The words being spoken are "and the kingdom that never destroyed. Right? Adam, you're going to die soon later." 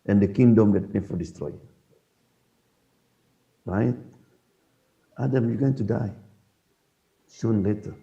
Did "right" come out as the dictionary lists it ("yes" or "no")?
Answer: yes